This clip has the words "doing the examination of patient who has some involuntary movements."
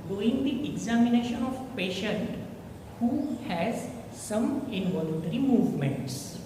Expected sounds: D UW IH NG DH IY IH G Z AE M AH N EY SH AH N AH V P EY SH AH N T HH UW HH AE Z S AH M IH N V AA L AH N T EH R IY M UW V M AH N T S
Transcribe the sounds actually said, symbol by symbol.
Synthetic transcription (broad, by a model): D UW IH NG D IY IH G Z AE M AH N EY SH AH N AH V P EY SH AH N T HH UW HH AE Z S AH M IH N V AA L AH N T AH R IY M UW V M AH N T S